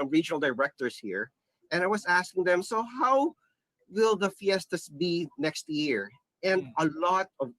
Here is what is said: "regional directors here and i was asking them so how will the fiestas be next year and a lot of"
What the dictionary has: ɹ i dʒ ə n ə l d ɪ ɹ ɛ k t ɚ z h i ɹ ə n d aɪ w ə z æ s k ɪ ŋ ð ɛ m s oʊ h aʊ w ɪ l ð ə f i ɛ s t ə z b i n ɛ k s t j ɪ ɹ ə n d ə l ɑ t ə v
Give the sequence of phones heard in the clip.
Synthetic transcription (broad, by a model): ɹ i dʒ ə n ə l d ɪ ɹ ɛ k t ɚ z h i ɹ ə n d aɪ w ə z æ s k ɪ ŋ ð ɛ m s oʊ h aʊ w ɪ l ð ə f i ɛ s t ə s b i n ɛ k s t j ɪ ɹ ə n d ə l ɑ t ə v